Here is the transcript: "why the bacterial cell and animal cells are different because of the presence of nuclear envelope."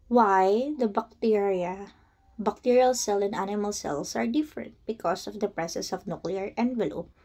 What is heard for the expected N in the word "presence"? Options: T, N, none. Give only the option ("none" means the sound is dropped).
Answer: none